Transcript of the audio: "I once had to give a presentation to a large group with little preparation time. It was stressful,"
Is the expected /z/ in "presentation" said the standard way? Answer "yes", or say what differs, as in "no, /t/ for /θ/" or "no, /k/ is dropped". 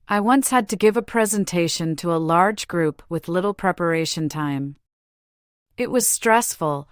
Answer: yes